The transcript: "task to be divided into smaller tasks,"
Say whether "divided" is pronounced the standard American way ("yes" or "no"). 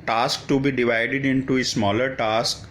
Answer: yes